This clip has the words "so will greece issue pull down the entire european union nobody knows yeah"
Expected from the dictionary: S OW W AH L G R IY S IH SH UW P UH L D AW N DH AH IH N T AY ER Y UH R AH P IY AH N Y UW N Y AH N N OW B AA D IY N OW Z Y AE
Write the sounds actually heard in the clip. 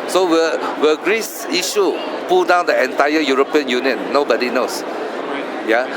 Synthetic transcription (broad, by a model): S OW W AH W G R IY S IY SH UW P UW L D AW N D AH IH N T AY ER Y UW R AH P IY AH N Y UW N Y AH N N OW B AA D IY N OW S Y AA